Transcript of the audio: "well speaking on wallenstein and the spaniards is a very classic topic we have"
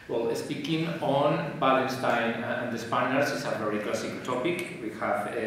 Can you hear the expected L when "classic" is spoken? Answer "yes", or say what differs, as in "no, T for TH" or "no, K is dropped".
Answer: no, L is dropped